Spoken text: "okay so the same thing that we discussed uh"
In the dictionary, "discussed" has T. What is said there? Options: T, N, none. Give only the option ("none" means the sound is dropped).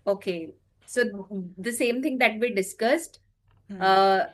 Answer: T